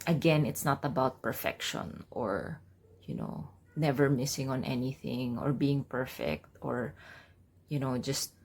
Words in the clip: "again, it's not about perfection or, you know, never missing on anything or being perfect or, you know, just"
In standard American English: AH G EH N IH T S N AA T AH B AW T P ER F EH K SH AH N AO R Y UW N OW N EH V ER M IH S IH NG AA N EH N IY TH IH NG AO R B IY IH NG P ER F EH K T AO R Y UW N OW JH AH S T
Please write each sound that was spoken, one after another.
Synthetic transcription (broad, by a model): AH G EH N IH T S N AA T AH B AW T P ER F EH K SH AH N AO R Y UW N OW N EH V ER M IH S IH NG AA N EH N IY TH IH NG AO R B IY IH NG P ER F EH K T AO R Y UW N OW JH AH S T